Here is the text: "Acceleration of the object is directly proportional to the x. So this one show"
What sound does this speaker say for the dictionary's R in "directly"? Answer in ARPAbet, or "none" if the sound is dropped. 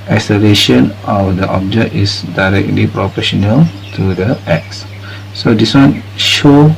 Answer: R